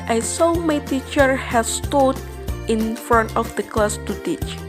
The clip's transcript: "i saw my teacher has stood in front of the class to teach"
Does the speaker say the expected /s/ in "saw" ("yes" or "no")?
yes